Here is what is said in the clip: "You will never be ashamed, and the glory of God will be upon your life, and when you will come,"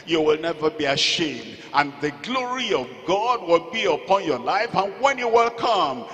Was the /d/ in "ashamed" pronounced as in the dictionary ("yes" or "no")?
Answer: yes